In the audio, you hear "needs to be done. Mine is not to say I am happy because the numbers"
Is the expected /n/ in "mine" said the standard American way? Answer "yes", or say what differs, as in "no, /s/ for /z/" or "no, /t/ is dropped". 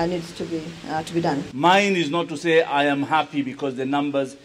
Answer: yes